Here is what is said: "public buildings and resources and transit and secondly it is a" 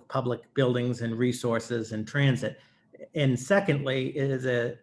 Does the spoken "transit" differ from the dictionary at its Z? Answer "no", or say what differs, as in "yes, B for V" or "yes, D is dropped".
no